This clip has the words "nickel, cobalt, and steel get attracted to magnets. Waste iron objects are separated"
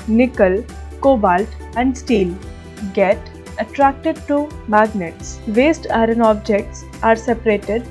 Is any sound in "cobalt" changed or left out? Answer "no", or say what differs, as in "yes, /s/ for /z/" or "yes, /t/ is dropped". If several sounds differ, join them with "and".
no